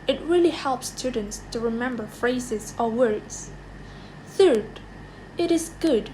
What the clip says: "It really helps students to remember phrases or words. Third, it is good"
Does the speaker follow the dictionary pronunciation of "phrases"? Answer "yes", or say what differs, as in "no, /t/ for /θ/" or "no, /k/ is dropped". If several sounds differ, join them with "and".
yes